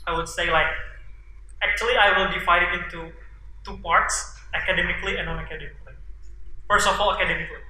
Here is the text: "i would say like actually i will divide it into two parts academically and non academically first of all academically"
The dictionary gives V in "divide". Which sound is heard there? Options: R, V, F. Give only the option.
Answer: F